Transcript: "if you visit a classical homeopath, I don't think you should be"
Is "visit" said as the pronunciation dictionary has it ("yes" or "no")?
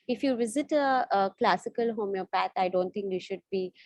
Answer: yes